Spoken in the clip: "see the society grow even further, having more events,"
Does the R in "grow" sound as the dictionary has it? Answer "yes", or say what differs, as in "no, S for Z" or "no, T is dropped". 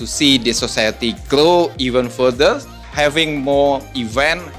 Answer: no, L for R